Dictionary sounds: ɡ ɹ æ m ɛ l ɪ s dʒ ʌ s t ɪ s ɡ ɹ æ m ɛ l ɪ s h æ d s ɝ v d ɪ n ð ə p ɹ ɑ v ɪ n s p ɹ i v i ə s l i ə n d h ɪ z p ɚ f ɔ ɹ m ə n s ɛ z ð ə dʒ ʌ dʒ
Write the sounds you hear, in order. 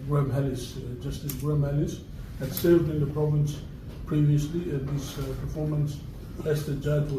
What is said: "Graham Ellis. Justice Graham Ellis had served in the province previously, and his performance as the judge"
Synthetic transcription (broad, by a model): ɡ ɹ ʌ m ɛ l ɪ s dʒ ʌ s t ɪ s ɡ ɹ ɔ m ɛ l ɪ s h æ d s ɝ v d ɪ n ð ə p ɹ ɑ v ɪ n s p ɹ i v i ə s l i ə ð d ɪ s p ɚ f ɔ ɹ m ə n s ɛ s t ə dʒ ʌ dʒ